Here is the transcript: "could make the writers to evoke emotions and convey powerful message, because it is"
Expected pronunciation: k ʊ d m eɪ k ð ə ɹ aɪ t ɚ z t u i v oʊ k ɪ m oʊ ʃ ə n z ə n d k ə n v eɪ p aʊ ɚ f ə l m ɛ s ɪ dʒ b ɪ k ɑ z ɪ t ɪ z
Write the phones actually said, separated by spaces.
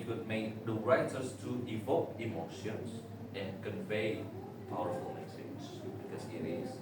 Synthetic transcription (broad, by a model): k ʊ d m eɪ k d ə ɹ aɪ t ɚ s t u i v oʊ k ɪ m oʊ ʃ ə n s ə n k ə n v eɪ p aʊ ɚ f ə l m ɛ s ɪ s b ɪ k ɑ s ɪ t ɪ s